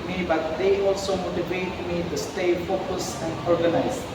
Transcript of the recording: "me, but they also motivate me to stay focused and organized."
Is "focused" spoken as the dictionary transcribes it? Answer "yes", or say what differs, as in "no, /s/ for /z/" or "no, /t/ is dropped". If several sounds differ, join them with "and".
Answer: no, /t/ is dropped